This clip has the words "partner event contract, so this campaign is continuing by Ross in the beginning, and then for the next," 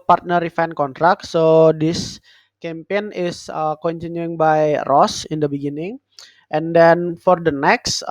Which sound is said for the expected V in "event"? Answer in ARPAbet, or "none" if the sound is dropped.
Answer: F